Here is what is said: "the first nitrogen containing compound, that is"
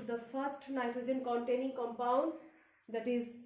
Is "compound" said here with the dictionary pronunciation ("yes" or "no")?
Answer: yes